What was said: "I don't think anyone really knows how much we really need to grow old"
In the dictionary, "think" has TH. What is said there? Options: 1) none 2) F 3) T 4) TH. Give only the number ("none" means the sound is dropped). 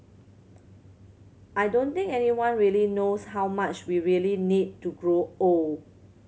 3